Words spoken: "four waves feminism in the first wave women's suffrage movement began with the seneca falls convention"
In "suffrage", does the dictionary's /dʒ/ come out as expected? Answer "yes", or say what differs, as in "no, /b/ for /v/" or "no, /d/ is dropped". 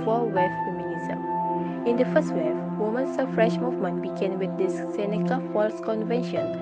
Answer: no, /ʃ/ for /dʒ/